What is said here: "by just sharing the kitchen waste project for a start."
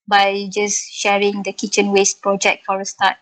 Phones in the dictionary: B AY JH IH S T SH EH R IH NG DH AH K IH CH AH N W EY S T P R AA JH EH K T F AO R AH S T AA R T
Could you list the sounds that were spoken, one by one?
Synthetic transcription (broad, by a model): B AY JH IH S SH EH R IH NG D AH K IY CH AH N W EY S T P R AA JH EH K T F AO R AH S T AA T